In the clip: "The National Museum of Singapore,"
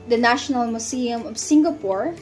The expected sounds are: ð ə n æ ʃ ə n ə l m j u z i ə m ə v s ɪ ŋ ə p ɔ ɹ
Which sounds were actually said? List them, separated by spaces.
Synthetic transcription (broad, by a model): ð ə n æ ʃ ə n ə l m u s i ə m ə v s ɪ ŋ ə p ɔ ɹ